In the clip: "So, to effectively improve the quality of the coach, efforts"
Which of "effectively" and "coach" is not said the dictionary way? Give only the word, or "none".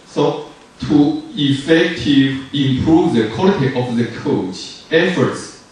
effectively